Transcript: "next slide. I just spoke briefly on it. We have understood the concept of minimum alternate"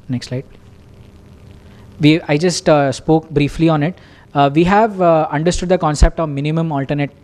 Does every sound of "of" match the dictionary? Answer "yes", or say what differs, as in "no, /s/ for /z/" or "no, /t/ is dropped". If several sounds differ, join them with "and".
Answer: yes